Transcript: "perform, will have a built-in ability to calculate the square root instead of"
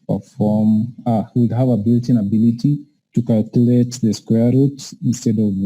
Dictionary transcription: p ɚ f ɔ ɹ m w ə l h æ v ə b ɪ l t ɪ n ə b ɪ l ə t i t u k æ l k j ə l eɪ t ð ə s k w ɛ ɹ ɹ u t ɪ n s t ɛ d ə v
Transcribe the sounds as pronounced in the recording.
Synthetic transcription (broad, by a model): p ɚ f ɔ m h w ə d h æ v ə b ɪ l t ɪ n ə b ɪ l ə t i t u k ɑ l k j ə l eɪ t ð ə s k w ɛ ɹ ɹ u t ɪ n s t ɛ d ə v